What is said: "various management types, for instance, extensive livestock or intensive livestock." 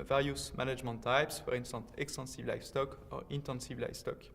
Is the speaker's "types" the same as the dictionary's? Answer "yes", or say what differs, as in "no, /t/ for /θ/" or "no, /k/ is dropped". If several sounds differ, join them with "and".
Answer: yes